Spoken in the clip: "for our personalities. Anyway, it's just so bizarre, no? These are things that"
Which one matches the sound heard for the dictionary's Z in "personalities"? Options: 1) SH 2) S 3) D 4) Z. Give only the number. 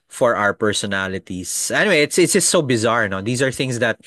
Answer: 2